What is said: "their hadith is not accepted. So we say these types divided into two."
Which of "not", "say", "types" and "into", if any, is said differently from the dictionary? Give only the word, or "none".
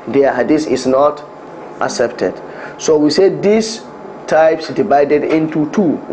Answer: none